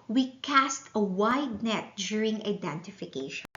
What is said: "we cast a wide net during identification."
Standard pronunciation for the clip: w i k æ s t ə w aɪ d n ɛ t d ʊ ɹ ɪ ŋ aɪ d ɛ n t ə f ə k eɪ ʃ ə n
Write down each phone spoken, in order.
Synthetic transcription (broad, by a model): w i k æ s t ə w aɪ d n ɛ t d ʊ ɹ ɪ ŋ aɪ d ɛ n t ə f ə k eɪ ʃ